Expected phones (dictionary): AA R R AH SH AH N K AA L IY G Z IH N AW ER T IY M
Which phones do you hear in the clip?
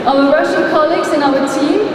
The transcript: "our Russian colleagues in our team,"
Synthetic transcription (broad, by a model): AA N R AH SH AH L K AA L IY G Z IH N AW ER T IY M